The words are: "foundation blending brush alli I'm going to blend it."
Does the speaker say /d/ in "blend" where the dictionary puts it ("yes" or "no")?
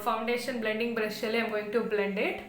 yes